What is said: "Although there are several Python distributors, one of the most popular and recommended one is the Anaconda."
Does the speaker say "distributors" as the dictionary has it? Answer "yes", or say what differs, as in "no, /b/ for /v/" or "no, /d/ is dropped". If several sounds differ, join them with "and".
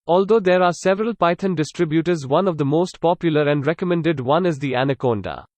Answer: yes